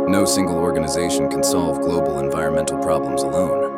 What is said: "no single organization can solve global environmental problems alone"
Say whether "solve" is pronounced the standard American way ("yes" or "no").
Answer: yes